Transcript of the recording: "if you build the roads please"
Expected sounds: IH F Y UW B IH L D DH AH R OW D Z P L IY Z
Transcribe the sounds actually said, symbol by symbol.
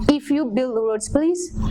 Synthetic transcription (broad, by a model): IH F Y UW B IH L D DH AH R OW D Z P L IY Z